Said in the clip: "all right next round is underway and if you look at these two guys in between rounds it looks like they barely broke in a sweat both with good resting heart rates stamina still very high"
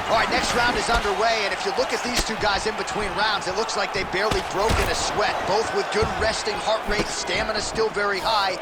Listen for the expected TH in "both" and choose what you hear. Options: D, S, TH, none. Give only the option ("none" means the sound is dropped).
TH